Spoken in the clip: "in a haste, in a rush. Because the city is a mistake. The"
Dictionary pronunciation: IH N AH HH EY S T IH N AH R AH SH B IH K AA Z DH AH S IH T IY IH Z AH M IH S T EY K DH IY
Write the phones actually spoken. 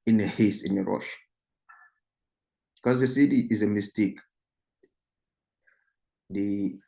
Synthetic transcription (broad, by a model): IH N AH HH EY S IH N AH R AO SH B K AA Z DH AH S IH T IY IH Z AH M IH S T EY K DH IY